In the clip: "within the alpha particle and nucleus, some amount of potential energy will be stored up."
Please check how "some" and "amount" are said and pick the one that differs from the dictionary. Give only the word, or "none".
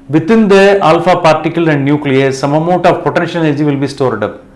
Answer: amount